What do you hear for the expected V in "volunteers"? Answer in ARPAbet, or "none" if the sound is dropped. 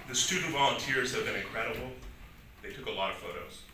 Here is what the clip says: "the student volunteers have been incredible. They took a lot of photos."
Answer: V